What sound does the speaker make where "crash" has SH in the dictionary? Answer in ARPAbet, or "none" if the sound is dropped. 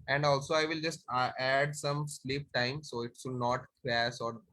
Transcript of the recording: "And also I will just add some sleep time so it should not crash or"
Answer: S